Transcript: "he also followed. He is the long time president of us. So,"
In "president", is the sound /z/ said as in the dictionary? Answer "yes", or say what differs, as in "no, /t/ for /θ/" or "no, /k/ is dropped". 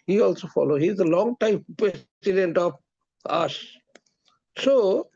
no, /s/ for /z/